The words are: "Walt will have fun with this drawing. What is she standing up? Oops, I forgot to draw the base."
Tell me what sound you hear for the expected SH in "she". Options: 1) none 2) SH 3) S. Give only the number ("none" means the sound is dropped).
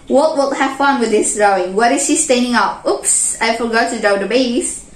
2